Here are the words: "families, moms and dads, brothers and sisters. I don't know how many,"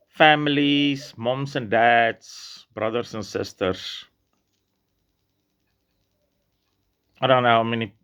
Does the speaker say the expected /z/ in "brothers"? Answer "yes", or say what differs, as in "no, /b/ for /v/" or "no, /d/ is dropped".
no, /s/ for /z/